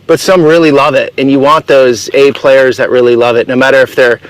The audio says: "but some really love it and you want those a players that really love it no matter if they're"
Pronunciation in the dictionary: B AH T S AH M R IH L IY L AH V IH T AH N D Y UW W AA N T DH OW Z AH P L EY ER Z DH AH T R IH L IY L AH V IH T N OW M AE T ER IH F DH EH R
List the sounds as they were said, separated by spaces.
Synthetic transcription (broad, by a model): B AH T S AH M R IH L IY L AH V IH T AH N Y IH W AA N DH OW Z AH P L EY ER Z DH AH T R IH L IY L AH V IH T N OW M AE T ER IH F DH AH R